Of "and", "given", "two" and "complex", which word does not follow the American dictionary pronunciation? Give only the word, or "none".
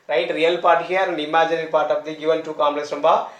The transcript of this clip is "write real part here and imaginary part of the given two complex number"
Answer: complex